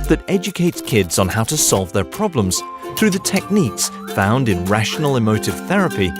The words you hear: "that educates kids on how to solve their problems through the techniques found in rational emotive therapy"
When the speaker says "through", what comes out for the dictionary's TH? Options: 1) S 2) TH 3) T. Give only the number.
2